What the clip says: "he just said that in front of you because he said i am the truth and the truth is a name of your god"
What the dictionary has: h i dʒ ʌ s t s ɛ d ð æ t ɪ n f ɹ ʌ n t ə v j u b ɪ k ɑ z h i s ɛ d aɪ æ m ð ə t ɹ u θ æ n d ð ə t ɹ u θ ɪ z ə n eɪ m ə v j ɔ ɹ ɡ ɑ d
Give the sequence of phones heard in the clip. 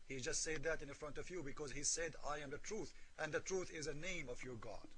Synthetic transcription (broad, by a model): h i dʒ ʌ s t s ɛ d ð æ t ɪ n f ɹ ʌ n t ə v j u b ɪ k ɑ z h i s ɛ d aɪ æ m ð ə t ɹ u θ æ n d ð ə t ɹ u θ ɪ z ə n eɪ m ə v j ɔ ɹ ɡ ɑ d